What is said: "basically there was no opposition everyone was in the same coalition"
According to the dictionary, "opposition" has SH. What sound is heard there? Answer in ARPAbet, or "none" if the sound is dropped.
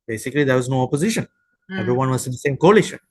SH